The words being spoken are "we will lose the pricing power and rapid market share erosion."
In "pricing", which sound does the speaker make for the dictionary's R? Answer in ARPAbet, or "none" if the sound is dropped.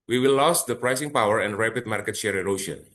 R